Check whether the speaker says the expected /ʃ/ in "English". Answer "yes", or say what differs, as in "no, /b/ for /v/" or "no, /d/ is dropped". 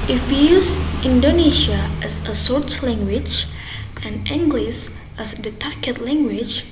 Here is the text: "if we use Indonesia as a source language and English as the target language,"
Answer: no, /s/ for /ʃ/